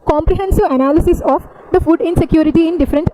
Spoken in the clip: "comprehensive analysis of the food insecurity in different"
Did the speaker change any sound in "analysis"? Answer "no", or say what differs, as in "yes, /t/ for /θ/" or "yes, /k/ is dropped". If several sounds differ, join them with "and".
no